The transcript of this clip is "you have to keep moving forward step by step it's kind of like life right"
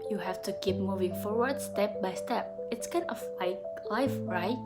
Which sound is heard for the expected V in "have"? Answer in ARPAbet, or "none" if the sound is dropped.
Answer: F